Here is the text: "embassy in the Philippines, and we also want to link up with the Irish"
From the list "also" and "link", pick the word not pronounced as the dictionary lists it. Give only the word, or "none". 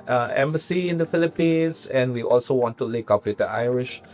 link